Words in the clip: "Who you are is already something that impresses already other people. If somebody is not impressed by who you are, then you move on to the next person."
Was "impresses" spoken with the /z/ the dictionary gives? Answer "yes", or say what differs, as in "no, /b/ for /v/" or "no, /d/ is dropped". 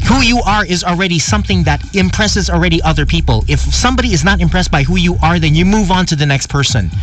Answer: yes